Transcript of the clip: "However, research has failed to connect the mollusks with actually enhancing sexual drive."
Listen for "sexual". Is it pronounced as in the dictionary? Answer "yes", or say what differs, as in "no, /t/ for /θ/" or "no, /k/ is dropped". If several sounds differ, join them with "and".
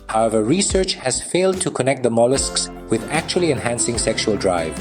yes